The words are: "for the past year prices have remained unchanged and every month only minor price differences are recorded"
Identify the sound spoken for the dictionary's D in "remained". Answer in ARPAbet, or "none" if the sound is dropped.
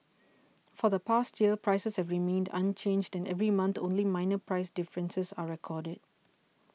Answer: D